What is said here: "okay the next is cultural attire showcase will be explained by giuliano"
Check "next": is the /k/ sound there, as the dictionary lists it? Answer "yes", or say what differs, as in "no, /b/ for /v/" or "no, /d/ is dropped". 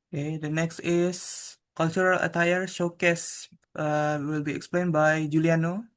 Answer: yes